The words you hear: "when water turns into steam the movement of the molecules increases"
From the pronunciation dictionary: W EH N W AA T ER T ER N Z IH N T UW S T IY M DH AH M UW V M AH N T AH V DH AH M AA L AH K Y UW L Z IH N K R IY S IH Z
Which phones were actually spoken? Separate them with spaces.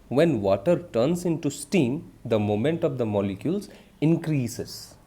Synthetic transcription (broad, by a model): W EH N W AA T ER T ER N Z IH N T UW S T IY M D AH M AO M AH N T AH V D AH M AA L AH K Y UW L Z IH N K R IY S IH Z